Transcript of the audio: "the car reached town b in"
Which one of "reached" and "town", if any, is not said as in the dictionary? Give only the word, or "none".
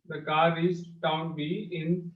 reached